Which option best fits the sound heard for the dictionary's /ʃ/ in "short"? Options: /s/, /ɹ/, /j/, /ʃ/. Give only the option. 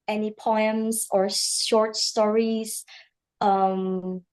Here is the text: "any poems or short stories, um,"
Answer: /ʃ/